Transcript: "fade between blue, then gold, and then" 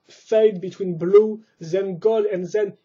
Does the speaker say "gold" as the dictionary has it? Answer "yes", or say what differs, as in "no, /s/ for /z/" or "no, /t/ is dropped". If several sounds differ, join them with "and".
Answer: no, /l/ is dropped